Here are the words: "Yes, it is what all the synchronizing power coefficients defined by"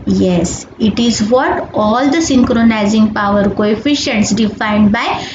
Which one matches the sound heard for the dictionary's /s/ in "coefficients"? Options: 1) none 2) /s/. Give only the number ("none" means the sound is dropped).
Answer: 2